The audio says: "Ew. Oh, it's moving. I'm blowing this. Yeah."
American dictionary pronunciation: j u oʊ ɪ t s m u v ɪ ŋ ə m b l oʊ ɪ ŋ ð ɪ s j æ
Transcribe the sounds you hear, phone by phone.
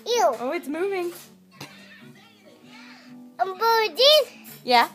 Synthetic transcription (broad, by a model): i oʊ ɪ t s m u v ɪ ŋ ə m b oʊ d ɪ j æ